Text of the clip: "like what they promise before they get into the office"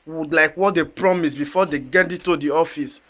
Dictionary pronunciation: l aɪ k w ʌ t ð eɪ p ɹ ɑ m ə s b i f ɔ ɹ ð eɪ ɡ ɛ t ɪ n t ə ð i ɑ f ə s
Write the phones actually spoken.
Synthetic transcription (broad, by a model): l aɪ k w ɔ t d eɪ p ɹ ɑ m ə s b i f ɔ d eɪ ɡ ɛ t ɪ t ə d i ɑ f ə s